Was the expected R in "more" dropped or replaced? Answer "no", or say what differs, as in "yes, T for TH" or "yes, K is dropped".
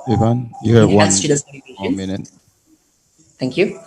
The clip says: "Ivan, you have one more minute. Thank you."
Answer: yes, W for R